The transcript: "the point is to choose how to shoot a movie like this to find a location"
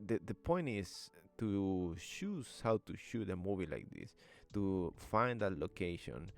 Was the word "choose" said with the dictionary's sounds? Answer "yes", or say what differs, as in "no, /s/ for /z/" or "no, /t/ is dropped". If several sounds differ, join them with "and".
no, /ʃ/ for /tʃ/